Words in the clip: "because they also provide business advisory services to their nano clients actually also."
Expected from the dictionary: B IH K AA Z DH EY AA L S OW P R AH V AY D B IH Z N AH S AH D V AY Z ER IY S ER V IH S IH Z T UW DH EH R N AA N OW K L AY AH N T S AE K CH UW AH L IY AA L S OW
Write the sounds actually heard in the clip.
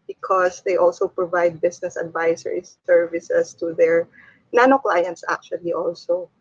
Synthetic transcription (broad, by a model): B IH K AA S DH EY AA L S OW P R AH V AY D B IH S N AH S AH D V AY S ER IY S ER V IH S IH S T UW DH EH R N AA N OW K L AY AH N T S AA K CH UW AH L IY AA L S OW